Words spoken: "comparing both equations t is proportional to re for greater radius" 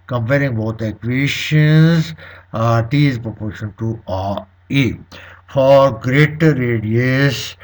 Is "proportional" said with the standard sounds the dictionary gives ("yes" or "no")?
no